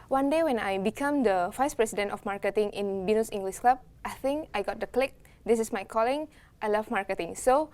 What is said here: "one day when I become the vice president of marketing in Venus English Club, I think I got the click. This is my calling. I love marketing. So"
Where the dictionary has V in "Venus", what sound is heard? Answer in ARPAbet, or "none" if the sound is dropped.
B